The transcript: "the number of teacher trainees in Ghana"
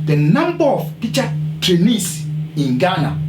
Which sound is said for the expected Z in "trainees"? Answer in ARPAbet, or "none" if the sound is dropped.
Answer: S